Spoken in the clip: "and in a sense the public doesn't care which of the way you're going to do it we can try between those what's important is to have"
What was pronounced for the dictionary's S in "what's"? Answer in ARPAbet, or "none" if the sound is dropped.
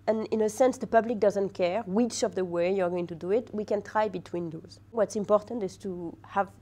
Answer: S